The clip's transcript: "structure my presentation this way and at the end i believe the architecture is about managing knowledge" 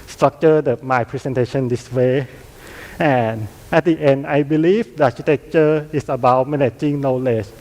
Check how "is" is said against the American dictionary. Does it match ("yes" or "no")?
no